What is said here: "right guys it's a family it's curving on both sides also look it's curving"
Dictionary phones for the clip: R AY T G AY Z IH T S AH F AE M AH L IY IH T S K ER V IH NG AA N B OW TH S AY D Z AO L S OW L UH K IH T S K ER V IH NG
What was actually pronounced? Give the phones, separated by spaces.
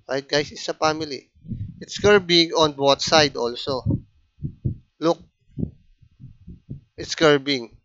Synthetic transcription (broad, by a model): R AY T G AY S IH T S AH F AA M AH L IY IH T S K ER B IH NG AA N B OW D S AY D AO L S OW L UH K IH T S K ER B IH NG